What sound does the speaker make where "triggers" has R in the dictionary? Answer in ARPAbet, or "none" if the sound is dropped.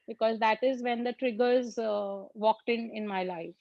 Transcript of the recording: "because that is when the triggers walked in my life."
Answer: R